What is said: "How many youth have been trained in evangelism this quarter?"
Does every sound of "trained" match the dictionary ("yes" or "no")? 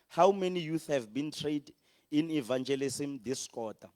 no